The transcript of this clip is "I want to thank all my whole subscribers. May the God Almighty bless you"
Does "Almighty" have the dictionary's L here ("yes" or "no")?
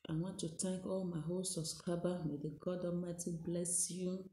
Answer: no